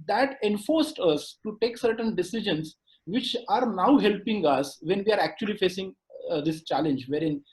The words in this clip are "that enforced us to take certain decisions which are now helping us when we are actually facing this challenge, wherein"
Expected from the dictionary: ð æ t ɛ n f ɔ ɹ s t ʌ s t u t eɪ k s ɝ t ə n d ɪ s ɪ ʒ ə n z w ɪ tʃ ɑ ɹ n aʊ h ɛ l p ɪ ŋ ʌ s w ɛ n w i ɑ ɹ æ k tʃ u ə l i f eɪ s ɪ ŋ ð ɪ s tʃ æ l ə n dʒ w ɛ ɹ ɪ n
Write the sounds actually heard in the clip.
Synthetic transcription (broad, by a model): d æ t ɛ n f ɔ ɹ s t ʌ s t u t eɪ k s ɝ t ə n d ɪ s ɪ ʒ ə n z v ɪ tʃ ɑ ɹ n aʊ h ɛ l p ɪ ŋ ʌ s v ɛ n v i ɑ ɹ æ k tʃ u ə l i f eɪ s ɪ ŋ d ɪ s tʃ æ l ə n dʒ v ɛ ɹ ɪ n